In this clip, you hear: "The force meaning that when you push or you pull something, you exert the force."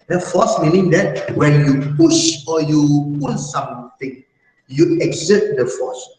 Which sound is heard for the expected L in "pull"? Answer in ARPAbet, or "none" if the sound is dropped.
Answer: N